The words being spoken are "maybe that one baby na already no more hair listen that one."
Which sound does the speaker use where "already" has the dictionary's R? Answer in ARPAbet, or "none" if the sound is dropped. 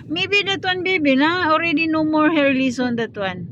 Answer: R